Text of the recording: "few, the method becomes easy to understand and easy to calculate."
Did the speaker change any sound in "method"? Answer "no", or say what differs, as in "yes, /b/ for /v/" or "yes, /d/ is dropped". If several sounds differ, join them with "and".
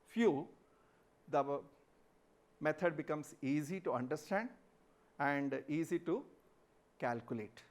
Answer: yes, /t/ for /θ/